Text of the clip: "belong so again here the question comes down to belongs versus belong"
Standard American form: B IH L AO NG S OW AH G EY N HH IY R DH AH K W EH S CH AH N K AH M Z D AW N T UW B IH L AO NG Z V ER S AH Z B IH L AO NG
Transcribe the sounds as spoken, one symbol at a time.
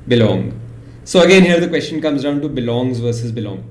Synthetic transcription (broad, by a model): B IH L AO NG S OW AH G EY N HH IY R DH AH K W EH S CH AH N K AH M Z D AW N T UW B IH L AO NG Z V ER S AH Z B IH L AO NG